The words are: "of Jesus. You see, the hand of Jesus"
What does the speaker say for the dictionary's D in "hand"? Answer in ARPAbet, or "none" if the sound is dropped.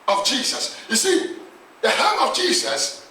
none